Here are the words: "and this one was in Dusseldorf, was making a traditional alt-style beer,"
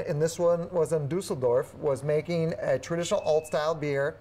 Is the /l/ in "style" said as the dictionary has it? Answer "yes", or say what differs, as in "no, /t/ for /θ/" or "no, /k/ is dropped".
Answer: yes